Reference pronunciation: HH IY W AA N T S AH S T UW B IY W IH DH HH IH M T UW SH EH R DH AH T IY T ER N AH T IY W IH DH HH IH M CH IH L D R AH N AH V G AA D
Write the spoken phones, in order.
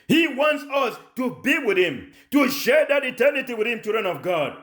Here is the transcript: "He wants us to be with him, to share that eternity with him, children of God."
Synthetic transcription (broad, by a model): HH IY W AA N T S AH S T UW B IY W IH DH HH IH M T UW SH EH R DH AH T IY T ER N AH T IY W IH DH HH IH M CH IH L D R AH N AH V G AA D